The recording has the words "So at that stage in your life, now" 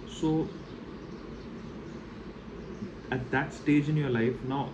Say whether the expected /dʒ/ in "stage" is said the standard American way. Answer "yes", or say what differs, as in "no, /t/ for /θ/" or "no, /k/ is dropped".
yes